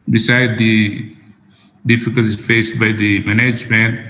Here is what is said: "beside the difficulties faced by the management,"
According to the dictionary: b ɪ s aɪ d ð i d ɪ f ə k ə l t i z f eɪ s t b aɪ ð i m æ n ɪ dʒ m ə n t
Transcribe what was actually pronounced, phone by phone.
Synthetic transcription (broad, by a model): b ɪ s aɪ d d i d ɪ f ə k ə l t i f eɪ s t b aɪ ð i m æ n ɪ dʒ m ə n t